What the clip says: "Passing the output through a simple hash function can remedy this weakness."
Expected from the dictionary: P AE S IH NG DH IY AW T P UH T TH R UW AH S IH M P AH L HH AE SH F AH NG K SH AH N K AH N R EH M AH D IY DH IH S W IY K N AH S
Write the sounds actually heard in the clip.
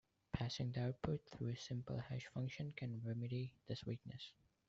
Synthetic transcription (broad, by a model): P AE S IH NG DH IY AW T P UH T TH R UW AH S IH M P AH L HH AE SH F AH NG K SH AH N K AH N R EH M AH D IY DH IH S W IY K N AH S